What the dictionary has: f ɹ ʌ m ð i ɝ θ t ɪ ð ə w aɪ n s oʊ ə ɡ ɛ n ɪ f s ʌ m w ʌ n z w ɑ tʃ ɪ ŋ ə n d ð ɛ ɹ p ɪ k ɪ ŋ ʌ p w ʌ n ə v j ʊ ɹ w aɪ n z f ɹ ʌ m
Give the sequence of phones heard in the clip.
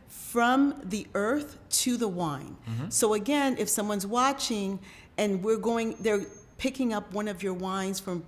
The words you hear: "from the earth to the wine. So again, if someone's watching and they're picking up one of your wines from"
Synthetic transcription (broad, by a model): f ɹ ʌ m ð i ɝ θ t ɪ ð ə w aɪ n s oʊ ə ɡ ɛ n ɪ f s ʌ m w ʌ n z w ɑ tʃ ɪ ŋ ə n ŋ ð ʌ ɹ p ɪ k ɪ ŋ ʌ p w ʌ n ə v j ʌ ɹ w aɪ n z f ɹ ʌ m